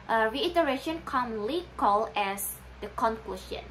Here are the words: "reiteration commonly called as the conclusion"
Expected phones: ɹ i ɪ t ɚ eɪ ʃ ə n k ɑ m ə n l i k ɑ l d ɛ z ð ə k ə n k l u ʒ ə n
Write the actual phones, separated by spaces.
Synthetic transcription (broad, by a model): ɹ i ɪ t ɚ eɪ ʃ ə n k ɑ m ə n l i k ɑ l ɛ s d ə k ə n k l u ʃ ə n